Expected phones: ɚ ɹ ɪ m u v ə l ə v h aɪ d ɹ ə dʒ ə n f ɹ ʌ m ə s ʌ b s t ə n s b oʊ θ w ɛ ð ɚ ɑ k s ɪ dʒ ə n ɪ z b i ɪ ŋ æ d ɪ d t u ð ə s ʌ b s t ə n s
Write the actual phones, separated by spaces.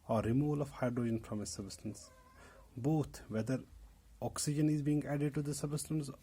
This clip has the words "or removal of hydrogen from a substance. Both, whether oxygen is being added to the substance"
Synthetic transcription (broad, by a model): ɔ ɹ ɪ m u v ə l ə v h aɪ d ɹ ə dʒ ə n p ɹ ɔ m ə s ʌ b s t ə n s b oʊ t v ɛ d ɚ ɑ k s ɪ dʒ ə n ɪ z b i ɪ ŋ æ d ɪ d t u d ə s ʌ b s t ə n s